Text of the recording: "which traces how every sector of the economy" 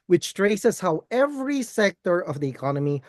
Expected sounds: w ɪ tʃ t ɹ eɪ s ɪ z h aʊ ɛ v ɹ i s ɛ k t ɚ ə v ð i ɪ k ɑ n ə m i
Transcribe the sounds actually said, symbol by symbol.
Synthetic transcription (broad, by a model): w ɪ tʃ t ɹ eɪ s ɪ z h aʊ ɛ v ɹ i s ɛ k t ɚ ə v ð i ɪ k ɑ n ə m i